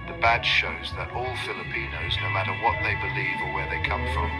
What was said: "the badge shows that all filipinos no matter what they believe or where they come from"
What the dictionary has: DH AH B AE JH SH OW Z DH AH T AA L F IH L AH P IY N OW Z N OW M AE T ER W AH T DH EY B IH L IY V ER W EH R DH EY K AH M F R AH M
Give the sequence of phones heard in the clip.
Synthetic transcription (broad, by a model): DH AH B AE SH SH OW Z DH AH T AA L F IH L AH P IY N OW Z N OW M AE T ER W AH T DH EY B IH L IY V ER W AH R DH EY K AH M F R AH M